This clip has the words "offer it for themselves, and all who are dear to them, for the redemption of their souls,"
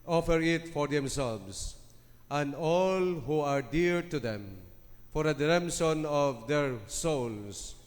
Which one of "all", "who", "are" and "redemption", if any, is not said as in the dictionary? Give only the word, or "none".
redemption